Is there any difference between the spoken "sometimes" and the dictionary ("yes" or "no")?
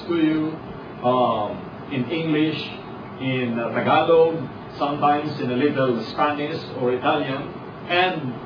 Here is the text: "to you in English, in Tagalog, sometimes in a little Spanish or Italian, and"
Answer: yes